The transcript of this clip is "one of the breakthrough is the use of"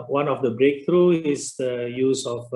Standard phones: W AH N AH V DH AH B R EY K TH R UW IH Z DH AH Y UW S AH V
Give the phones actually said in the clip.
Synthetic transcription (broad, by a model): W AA N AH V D AH B R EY K T R UW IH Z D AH Y UW S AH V